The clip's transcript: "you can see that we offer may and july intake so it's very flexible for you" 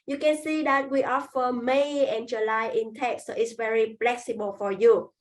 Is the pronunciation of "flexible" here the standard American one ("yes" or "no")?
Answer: no